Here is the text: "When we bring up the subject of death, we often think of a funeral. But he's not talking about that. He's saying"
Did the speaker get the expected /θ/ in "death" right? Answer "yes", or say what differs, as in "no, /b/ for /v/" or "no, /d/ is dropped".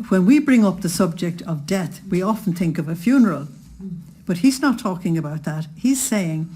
yes